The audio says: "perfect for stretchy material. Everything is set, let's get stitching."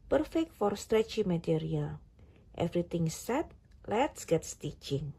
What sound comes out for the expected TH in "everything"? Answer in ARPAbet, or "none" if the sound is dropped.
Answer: T